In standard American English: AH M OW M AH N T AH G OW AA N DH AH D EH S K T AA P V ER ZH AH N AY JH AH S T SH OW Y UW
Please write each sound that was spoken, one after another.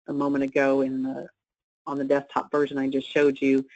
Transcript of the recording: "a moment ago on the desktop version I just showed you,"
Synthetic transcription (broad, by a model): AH M OW M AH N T AH G OW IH N DH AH D EH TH T AA P V ER ZH AH N AY JH AH S T SH OW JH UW